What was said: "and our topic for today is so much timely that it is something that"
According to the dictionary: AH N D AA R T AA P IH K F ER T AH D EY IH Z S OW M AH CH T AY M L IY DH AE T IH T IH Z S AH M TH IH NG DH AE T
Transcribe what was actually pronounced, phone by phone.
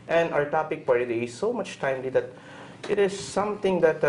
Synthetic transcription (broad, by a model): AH N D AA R T AA P IH K P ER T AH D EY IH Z S OW M AH CH T AY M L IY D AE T IH T IH Z S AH M T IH NG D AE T